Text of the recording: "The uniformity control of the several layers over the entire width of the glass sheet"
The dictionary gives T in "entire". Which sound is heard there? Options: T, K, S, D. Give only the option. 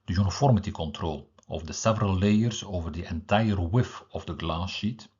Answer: T